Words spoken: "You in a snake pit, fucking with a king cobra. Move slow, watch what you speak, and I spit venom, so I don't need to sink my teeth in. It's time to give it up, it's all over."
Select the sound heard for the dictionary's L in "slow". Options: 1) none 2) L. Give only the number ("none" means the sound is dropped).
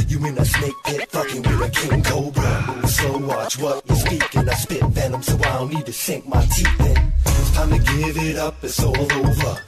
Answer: 1